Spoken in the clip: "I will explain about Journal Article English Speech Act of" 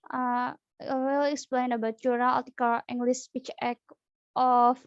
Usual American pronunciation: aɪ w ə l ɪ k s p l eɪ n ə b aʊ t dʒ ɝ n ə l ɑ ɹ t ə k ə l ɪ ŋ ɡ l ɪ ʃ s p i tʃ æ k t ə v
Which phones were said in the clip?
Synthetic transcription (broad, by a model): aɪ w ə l ɪ k s p l eɪ n ə b aʊ t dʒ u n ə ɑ l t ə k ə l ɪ ŋ ɡ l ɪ s p i tʃ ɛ k t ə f